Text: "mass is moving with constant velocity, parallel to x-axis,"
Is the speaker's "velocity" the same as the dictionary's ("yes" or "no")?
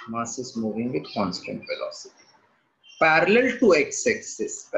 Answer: no